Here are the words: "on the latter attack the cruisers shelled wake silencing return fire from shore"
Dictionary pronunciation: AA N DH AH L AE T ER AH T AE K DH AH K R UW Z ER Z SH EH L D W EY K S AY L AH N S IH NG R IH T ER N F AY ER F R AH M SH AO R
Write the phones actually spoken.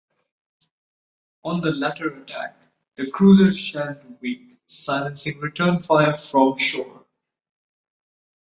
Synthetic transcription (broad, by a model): AA N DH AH L AE T ER AH T AE K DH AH K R UW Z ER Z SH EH N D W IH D S AY L AH N S IH NG R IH T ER N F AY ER F R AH M SH AO R